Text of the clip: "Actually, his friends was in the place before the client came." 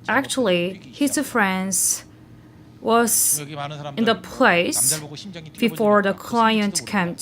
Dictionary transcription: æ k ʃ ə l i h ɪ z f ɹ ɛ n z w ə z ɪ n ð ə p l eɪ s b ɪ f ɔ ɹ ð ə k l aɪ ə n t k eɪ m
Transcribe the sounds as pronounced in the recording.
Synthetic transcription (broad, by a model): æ k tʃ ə l i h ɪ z f ɹ ɛ n z w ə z ɪ n ð ə p l eɪ s b ɪ f ɔ ɹ ð ə k l aɪ ə n t k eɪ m